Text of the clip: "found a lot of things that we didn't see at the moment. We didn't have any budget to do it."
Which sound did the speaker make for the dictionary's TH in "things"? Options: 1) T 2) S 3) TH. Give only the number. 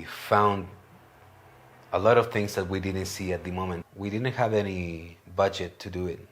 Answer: 3